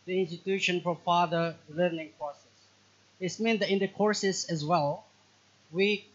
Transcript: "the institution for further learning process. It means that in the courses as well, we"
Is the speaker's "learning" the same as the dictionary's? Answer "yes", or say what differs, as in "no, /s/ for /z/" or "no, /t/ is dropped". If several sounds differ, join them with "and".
yes